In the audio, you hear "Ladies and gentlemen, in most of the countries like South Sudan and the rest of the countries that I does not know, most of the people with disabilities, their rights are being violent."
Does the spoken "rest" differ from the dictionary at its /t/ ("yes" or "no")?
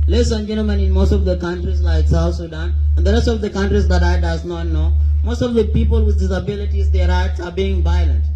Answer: no